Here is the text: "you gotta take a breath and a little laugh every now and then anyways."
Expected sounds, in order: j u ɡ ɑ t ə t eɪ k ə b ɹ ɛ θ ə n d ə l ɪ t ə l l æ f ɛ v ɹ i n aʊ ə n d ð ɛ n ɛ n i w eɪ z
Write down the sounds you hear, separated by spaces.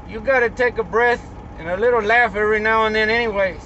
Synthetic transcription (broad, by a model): j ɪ ɡ ɑ t ə t eɪ k ə b ɹ ɛ θ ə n ə l ɪ t l l æ f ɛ ɹ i n aʊ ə n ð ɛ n ɛ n i w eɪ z